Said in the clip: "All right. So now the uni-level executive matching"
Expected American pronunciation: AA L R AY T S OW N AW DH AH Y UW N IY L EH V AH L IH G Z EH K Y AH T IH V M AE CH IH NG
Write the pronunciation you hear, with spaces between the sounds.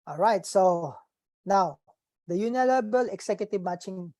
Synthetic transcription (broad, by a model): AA L R AY T S OW N AW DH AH Y UW N IY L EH B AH L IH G S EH K Y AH T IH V M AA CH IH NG